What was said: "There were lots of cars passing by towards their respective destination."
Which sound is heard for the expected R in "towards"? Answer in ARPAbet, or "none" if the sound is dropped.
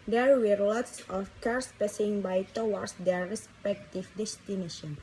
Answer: W